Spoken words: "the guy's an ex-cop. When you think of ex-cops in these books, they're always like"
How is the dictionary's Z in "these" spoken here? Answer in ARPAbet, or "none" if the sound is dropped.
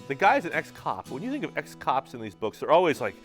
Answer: Z